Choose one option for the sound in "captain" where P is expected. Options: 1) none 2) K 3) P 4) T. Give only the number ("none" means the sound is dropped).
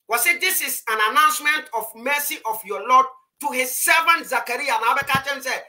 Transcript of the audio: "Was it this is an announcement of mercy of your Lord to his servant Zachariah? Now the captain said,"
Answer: 1